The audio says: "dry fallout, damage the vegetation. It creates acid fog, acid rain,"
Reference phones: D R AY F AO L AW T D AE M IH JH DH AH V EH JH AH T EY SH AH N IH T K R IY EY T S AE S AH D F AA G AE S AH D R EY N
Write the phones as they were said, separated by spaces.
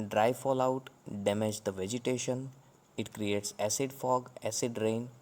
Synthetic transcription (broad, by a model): D R AY F AO L AW T D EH M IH JH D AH V EH JH AH T EY SH AH N IH T K R IY EY T S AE S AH D F AA G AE S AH D R EY N